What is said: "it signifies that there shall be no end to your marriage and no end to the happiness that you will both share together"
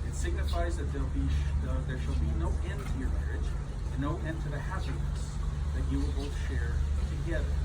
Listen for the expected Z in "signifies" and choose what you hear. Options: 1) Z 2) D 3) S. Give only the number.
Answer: 1